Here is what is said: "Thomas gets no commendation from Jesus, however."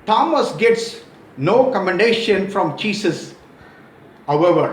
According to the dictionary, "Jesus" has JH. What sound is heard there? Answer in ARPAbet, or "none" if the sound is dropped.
CH